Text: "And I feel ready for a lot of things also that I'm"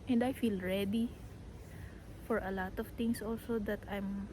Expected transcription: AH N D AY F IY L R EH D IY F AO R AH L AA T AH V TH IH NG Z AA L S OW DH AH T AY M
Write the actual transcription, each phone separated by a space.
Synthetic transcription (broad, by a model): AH N D AY F IY L R EH D IY F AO R AH L AA T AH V T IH NG S AA L S OW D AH T AY M